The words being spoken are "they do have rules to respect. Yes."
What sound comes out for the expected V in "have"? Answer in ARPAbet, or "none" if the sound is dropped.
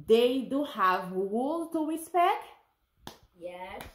V